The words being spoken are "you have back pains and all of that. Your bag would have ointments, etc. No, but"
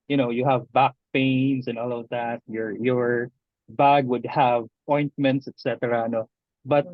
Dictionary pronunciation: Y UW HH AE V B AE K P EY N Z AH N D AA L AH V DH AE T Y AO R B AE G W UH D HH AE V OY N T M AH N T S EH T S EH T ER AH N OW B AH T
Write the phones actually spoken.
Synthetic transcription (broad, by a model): Y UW HH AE V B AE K P EY N S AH N AA L AH V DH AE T Y AO R B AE G W UH D HH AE V OY N T M AH N T S EH T S EH T ER AH N OW B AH T